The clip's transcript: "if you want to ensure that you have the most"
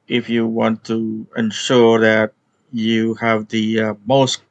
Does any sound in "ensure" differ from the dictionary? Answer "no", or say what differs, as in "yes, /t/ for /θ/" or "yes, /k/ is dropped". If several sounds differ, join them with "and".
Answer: no